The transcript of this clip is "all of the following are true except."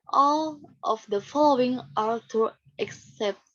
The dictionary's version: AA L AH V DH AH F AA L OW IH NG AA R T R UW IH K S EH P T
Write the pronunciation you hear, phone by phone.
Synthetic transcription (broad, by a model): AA L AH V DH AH F AA L OW IH NG AA R T UW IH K S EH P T